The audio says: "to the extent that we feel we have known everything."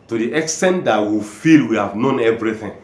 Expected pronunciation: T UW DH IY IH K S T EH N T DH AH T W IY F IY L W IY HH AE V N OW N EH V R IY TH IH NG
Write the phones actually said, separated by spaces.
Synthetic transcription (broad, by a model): T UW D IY IH K S T EH N T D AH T W IY F IY L W IY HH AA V N OW N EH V R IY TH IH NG